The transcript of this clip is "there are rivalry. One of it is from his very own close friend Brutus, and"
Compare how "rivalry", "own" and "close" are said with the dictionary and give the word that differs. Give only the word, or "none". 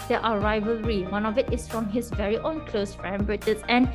none